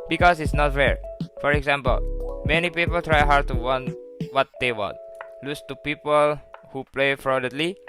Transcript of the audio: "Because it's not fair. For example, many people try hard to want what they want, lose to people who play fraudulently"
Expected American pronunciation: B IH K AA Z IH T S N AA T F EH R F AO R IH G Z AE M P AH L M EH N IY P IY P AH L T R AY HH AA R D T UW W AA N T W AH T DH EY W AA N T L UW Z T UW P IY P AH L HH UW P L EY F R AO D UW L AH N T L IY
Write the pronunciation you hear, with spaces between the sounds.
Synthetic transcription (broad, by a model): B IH K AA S IH T S N AA T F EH R F AO R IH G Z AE M P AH L M EH N IY P IY P AH L T R AY HH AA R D T UW W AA N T W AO T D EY W AA N T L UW S T UW P IY P AH L HH UW P L EY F R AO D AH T L IY